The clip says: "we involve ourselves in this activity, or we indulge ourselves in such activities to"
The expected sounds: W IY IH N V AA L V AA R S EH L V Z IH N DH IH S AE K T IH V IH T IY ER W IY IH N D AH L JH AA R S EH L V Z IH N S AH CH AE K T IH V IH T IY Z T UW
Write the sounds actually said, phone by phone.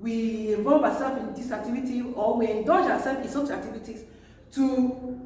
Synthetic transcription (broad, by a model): W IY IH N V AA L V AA S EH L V IH N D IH S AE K T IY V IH T IY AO W IY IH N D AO JH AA S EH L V S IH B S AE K T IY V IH T IY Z T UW